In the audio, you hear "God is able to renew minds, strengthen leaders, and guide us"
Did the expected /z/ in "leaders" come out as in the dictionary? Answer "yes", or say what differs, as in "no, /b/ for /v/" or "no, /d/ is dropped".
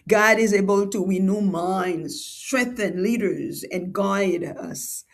yes